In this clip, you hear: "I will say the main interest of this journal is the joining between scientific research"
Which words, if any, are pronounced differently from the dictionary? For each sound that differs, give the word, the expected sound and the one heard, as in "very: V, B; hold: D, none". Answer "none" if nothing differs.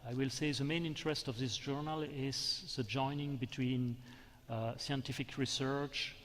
none